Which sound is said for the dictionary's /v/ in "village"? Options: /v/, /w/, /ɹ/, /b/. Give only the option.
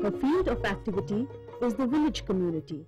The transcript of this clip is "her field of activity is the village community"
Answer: /v/